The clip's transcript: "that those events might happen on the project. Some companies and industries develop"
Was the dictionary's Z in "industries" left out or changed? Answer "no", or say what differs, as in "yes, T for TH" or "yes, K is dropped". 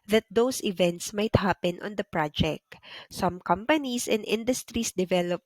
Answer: yes, S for Z